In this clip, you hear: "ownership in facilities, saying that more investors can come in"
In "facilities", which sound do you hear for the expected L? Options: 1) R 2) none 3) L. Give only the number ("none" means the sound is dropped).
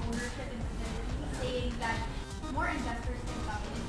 2